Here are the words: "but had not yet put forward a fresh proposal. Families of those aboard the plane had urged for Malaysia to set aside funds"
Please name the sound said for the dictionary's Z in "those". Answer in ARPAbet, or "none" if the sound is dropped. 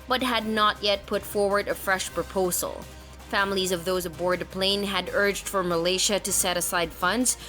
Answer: Z